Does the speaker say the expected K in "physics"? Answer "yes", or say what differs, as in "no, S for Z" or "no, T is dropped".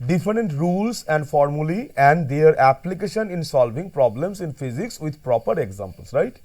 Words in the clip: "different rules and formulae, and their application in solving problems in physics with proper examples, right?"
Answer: yes